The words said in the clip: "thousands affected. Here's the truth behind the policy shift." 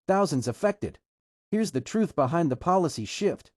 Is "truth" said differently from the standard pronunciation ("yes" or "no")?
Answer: no